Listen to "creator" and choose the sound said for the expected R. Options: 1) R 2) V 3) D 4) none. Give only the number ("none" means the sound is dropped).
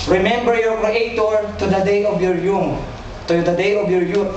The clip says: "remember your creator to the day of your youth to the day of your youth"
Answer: 4